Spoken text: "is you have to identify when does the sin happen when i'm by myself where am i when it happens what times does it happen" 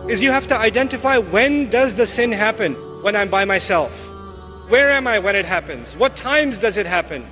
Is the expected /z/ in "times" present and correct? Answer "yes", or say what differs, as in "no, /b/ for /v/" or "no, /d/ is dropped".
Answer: yes